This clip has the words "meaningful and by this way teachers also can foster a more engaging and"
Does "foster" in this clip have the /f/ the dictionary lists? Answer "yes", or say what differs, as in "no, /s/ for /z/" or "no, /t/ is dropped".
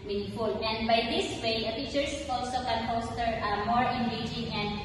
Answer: no, /p/ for /f/